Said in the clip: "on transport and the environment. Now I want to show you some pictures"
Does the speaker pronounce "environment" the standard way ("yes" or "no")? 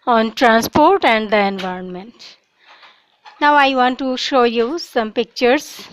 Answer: yes